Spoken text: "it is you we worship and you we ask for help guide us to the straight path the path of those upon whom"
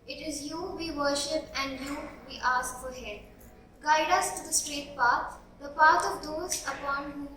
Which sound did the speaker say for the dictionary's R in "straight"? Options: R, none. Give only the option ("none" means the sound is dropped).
R